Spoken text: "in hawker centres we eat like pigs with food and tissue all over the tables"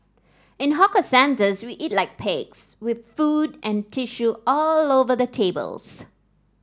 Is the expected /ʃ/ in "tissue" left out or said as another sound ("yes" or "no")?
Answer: no